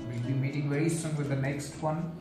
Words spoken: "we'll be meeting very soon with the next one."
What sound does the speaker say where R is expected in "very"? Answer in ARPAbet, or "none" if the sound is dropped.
R